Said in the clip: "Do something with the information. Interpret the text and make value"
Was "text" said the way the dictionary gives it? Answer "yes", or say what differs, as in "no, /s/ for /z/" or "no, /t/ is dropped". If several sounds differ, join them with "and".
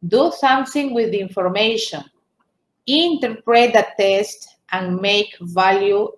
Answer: no, /k/ is dropped